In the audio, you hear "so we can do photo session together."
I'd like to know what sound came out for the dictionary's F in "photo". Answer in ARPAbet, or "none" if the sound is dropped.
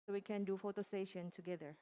F